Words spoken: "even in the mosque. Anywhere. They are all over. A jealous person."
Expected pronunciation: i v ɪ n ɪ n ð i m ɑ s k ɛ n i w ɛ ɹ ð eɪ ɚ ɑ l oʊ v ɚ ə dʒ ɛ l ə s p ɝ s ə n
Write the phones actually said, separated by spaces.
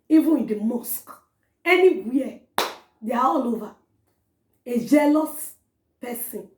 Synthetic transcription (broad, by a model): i v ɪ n ɪ n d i m ɑ s k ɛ n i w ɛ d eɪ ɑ ɑ l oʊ v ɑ ə dʒ ɛ l ə s p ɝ s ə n